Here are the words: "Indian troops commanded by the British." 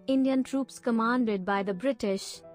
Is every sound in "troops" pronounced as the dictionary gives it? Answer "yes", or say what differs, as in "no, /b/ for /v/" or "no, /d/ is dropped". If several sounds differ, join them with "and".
yes